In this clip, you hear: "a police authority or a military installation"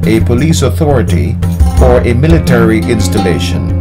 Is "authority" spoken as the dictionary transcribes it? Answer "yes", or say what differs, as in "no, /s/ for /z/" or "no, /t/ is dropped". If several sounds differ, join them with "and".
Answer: yes